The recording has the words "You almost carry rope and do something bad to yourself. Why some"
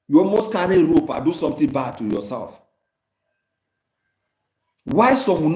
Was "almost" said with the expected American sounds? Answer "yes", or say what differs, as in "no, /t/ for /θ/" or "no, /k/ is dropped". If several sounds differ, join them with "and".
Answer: no, /l/ is dropped